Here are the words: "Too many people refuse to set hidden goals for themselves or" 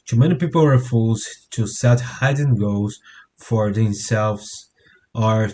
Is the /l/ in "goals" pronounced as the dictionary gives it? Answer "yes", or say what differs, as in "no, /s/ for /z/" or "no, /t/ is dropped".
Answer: no, /l/ is dropped